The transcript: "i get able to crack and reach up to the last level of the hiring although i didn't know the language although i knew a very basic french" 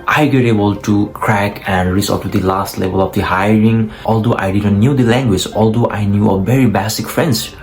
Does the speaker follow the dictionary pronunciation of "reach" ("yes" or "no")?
no